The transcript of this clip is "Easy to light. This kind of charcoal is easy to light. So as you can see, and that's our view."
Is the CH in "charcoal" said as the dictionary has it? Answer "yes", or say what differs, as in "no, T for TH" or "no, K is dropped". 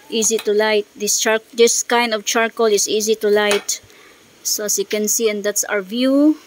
yes